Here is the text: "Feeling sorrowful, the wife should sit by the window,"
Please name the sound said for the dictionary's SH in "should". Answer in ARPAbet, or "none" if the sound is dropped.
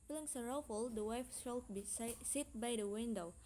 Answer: S